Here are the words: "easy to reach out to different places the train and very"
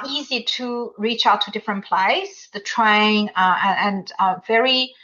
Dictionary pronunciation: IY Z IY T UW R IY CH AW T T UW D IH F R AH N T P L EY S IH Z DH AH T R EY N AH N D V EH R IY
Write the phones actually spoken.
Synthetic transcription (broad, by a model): IY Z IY T UW R IY CH AW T T UW D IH F R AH N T P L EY IH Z DH AH T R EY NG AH N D V EH R IY